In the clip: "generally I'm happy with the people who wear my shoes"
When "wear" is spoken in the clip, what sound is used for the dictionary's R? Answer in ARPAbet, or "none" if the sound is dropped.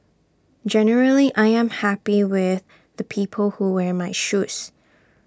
R